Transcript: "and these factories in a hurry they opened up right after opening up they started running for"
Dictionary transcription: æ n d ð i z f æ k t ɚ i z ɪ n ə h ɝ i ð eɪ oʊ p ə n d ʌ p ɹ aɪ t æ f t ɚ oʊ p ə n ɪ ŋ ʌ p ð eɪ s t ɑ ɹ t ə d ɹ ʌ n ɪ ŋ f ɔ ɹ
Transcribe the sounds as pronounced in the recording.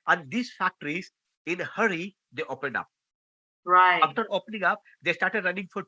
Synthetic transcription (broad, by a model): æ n d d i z f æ k t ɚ i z ɪ n h ɝ i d eɪ oʊ p ə n d ʌ p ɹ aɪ ɑ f t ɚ oʊ p ə n ɪ ŋ ʌ p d eɪ s t ɑ ɹ t ə d ɹ ʌ n ɪ ŋ f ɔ ɹ